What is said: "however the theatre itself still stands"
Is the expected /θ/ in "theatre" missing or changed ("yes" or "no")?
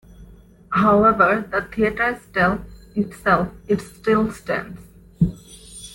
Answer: yes